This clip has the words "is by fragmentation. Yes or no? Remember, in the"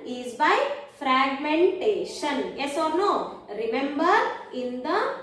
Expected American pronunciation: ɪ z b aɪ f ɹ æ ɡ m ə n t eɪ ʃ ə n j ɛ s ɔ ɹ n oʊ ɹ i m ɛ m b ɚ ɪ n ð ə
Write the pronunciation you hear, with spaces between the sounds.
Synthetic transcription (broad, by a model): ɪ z b aɪ f ɹ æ ɡ m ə n t eɪ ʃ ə n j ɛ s ɔ ɹ n oʊ ɹ i m ɛ m b ɚ ɪ n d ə